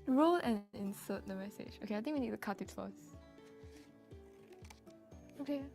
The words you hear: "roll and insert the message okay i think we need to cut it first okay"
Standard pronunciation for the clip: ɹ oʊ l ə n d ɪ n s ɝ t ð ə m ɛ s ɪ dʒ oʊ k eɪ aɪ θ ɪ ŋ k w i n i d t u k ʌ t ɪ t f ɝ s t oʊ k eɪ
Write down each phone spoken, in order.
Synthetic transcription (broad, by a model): ɹ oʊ l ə n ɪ n s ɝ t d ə m ɛ s ɪ dʒ oʊ k eɪ aɪ t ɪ ŋ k w i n i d t u k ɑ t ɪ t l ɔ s oʊ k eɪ